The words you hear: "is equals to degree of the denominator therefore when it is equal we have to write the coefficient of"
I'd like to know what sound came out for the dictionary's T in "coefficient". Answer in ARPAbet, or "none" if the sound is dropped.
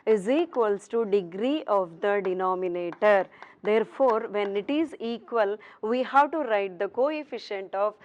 T